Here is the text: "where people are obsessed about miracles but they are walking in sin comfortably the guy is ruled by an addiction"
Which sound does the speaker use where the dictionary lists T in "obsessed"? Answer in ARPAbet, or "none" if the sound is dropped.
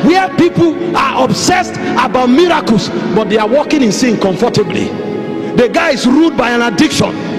T